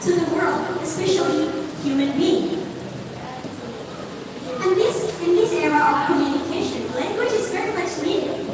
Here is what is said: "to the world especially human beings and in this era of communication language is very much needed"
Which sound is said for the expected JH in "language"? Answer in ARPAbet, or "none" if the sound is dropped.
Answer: CH